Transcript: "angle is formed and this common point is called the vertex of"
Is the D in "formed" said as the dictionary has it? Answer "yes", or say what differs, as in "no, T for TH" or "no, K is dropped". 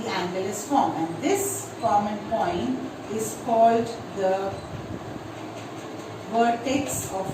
no, D is dropped